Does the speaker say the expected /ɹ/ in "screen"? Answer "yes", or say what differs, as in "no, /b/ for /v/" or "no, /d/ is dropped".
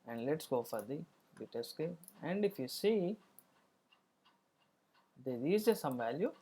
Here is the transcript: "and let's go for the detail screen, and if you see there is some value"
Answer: no, /ɹ/ is dropped